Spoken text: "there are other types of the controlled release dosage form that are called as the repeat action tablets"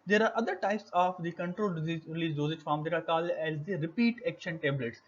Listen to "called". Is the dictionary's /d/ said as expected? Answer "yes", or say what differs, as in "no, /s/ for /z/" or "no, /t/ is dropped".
no, /d/ is dropped